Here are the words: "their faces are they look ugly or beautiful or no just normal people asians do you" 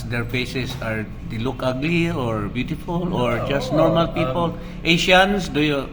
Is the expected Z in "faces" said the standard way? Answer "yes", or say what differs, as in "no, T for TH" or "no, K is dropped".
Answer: no, S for Z